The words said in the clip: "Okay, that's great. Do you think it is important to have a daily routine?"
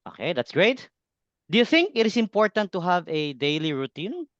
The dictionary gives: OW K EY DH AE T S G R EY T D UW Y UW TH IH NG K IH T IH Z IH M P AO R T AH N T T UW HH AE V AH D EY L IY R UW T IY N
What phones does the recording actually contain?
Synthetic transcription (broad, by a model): OW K EY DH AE T S G R EY T D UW Y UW TH IH NG K IH T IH S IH M P AO R T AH N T T UW HH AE V AH D EY L IY R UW T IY N